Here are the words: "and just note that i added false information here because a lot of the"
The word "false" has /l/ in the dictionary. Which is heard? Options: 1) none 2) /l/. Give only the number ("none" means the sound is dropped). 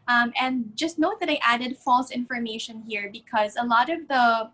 2